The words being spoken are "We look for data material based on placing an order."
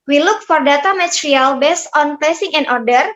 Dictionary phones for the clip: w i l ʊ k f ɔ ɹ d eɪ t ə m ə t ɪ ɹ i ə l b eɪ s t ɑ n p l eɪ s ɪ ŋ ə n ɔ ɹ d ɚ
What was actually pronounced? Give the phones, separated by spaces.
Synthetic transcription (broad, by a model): w i l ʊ k f ɔ ɹ d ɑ t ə m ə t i ɹ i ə l b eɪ s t ɑ n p eɪ s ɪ ŋ ə n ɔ ɹ d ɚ